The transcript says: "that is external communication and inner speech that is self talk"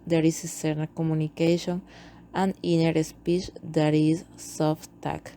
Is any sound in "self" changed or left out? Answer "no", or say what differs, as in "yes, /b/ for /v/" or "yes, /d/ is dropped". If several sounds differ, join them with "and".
yes, /l/ is dropped